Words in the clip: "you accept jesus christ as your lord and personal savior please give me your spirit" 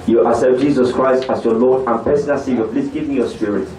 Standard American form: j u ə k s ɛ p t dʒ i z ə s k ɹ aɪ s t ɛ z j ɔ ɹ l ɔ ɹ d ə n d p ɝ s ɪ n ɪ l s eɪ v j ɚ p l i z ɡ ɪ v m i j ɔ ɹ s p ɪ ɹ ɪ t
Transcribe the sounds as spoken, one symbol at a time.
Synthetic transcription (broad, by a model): j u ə s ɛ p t dʒ i z ə s k ɹ aɪ s t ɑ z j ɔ l ɔ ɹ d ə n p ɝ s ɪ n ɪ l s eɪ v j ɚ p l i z ɡ ɪ v m i j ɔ s p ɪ ɹ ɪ t